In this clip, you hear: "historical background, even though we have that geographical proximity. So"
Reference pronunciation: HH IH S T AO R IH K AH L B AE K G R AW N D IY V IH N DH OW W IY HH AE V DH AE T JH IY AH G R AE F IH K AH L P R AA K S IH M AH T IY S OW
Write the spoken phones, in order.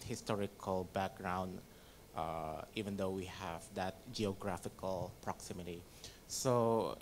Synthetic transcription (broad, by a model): HH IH S T AO R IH K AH L B AE K G R AW N D IY V IH N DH OW W IY HH AE V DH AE T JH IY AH G R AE F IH K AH L P R AA K S IH M AH T IY S OW